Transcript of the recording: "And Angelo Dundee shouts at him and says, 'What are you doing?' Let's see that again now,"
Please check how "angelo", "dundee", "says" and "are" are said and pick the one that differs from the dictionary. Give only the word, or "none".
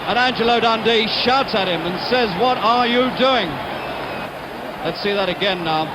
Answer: none